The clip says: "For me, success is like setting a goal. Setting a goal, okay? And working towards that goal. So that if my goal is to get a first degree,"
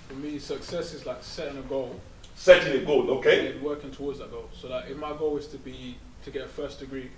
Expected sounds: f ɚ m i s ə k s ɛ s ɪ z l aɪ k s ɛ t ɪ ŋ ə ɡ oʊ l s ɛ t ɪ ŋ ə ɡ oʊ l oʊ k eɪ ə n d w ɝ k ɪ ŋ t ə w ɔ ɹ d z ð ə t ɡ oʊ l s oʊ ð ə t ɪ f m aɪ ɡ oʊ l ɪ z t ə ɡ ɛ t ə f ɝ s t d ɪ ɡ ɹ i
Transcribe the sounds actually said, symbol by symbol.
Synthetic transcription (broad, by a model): f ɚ m i s ə k s ɛ s ɪ z l aɪ k s ɛ t ɪ ŋ ə ɡ oʊ l s ɛ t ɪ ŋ ə ɡ oʊ l oʊ k eɪ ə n w ɝ k ɪ ŋ t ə w ɔ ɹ d z ð ə t ɡ oʊ l s oʊ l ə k ɪ f m aɪ ɡ oʊ l ɪ z t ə ɡ ɛ t ə f ɝ s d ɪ ɡ ɹ i